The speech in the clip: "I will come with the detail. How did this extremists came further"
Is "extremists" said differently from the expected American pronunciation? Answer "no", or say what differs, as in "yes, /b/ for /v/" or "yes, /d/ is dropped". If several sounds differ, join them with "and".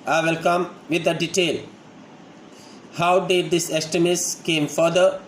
yes, /k/ is dropped and /ɹ/ is dropped